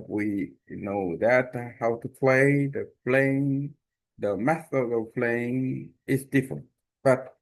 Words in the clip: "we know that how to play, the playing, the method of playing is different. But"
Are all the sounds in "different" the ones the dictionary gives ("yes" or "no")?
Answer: yes